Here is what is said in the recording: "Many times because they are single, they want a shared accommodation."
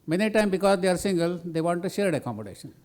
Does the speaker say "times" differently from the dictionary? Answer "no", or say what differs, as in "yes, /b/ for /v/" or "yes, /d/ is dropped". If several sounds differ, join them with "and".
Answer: yes, /z/ is dropped